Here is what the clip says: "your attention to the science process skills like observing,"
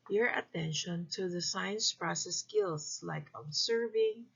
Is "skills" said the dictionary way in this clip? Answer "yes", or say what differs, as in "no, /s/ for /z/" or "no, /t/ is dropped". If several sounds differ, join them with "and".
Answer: no, /s/ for /z/